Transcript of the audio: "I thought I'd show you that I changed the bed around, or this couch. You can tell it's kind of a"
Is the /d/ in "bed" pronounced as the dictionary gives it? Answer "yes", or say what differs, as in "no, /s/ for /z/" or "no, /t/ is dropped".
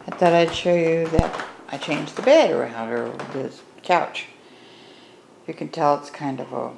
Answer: yes